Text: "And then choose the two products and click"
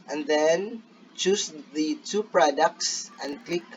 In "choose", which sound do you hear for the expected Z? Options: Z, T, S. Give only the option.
S